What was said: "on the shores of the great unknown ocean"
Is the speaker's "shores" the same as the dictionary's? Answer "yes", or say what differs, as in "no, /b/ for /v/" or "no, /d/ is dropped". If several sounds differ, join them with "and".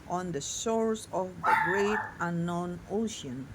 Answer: no, /s/ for /ʃ/